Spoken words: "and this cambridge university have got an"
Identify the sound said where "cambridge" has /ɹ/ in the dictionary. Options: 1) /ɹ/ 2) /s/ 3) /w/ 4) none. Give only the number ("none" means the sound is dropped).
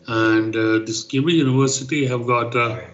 4